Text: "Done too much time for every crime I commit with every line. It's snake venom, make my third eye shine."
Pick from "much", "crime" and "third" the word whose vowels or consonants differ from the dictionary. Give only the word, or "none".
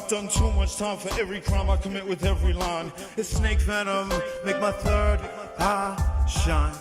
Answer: none